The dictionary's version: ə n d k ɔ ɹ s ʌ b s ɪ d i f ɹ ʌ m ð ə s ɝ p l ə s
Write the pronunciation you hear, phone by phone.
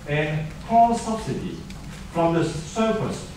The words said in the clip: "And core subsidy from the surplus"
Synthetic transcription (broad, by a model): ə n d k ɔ l s ʌ b s ɪ d i f ɹ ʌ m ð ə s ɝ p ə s